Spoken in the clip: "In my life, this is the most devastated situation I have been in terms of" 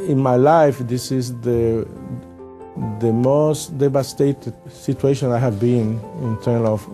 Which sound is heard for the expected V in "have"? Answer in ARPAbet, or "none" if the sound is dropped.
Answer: V